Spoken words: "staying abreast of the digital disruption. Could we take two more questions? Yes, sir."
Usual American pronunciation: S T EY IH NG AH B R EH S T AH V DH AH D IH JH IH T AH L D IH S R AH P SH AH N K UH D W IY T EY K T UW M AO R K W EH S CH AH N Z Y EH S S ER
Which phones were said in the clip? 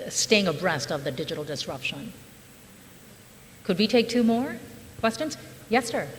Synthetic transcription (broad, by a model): S T EY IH NG AH B R EH S T AH V DH AH D IH JH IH T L D IH S R AH P SH AH N K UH D W IY T EY K T UW M AO R K W EH S CH AH N Z Y EH S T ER